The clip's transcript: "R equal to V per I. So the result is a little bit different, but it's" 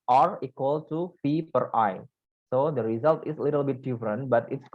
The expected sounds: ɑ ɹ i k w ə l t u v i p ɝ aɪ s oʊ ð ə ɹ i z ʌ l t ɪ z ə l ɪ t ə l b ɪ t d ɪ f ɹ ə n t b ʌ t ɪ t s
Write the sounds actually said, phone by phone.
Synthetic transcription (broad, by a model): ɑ ɹ i k w ə l t u f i p ɝ aɪ s oʊ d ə ɹ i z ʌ l t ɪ s ə l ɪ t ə l b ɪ t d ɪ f ɹ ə n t b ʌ t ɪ t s